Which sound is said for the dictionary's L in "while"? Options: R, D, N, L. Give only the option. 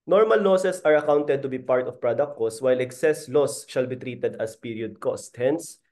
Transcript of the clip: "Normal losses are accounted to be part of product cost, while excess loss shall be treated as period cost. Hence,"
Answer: L